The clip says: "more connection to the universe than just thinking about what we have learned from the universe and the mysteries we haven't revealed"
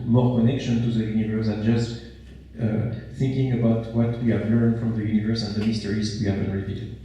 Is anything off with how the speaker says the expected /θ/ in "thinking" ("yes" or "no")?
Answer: no